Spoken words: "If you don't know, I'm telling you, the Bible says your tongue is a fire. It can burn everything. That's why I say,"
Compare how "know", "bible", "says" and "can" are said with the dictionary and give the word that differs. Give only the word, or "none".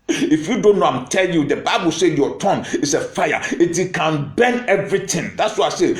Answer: says